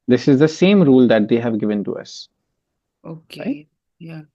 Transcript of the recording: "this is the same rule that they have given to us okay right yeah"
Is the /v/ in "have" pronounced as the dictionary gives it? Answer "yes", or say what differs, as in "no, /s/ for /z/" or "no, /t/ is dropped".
yes